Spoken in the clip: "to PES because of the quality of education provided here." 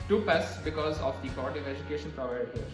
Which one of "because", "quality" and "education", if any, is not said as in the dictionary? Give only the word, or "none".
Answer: quality